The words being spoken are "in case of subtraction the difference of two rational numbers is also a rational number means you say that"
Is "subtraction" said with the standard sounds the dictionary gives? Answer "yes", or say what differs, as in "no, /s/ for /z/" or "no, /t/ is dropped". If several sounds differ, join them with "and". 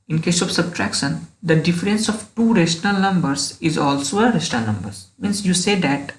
yes